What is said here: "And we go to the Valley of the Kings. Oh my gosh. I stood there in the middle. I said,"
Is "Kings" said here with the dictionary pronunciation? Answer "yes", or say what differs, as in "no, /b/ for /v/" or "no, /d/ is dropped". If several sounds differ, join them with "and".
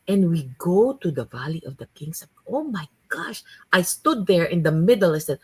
no, /s/ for /z/